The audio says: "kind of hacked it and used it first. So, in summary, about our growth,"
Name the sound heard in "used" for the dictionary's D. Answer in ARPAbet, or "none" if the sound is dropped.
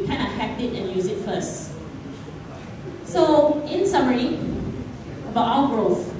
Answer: none